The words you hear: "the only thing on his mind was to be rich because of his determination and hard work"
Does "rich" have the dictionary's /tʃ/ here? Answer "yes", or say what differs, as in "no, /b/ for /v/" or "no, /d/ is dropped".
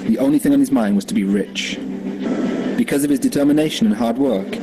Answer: yes